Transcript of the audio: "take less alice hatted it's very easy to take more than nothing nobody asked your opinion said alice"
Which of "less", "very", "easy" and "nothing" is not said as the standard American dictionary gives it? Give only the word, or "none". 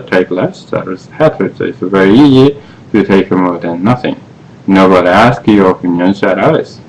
none